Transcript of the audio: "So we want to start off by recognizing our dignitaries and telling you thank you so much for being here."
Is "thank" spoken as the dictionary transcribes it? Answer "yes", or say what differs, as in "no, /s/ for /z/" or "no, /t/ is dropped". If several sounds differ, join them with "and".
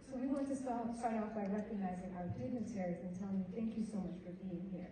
yes